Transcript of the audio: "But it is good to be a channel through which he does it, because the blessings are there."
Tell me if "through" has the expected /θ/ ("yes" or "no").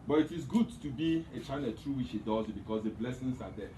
no